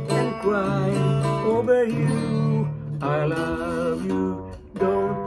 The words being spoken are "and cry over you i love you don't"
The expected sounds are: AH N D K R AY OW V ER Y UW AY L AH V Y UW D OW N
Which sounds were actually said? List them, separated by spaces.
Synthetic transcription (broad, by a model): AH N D K R AY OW B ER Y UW AY L AH V Y UW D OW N